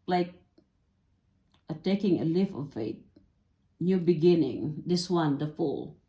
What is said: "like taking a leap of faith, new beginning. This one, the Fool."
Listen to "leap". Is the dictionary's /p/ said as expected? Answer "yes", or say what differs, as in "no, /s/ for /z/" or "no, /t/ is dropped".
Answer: no, /f/ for /p/